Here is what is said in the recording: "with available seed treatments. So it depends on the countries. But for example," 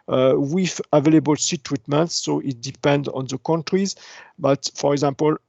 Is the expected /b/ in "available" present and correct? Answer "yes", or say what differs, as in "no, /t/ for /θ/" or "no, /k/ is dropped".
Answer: yes